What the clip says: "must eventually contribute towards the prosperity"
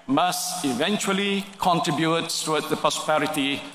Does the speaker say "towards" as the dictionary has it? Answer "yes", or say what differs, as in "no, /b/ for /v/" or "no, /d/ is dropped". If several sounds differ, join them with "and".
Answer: no, /s/ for /t/